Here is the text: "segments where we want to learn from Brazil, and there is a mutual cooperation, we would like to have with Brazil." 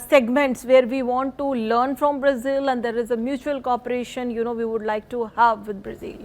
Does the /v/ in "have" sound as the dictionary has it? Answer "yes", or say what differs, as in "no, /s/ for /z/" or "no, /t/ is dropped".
yes